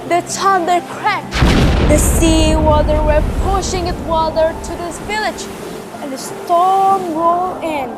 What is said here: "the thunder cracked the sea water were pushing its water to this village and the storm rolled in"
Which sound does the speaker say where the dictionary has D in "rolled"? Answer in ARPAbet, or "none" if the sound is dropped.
none